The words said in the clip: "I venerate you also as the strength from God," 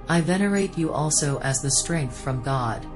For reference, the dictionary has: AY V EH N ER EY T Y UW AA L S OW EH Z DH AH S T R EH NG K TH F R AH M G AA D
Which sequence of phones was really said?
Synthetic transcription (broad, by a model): AY V EH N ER EY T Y AA L S OW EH Z DH AH S T R EH NG K TH F R AH M G AA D